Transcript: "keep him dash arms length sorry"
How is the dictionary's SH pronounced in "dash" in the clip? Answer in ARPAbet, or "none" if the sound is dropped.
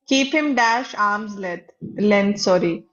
SH